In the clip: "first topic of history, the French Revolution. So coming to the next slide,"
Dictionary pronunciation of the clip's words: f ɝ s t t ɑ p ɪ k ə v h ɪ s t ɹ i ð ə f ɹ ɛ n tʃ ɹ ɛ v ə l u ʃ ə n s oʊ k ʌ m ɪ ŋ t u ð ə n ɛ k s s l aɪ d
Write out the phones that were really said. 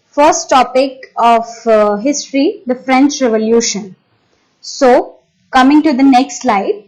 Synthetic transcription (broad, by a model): f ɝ s t t ɑ p ɪ k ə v h ɪ s t ɹ i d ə f ɹ ɛ n tʃ ɹ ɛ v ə l u ʃ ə n s oʊ k ʌ m ɪ ŋ t u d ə n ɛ k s s l aɪ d